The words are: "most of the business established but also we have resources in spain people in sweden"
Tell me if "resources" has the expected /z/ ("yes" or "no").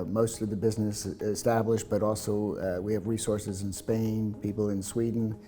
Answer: yes